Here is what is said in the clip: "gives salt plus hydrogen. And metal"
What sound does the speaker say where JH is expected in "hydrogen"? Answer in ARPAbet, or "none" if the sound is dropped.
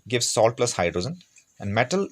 Z